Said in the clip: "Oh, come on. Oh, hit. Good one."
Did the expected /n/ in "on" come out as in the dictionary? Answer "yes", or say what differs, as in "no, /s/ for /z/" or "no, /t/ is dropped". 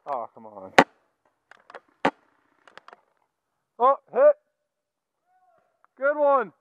yes